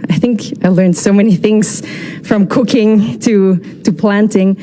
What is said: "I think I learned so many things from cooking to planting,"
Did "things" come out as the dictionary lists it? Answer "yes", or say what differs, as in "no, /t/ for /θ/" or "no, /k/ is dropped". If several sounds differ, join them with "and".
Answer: yes